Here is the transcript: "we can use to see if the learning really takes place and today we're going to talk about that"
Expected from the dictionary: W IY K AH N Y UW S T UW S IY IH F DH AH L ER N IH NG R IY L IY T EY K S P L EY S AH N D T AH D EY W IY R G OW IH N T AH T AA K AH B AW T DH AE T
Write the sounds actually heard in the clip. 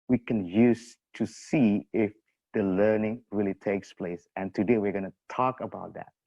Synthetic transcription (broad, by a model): W IY K AH N Y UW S T UW S IY IH F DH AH L ER N IH NG R IY L IY T EY K S P L EY S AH N T AH D EY W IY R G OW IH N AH T AA K AH B AW T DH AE T